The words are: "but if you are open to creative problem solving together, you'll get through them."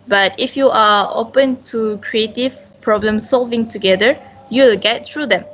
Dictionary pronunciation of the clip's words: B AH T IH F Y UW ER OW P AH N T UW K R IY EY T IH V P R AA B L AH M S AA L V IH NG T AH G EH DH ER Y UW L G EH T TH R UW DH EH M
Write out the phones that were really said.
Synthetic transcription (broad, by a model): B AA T IH F Y UW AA OW P AH N T UW K R IY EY T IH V P R AA B L AH M S AA L V IH NG T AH G EH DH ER Y UW L G EH T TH R UW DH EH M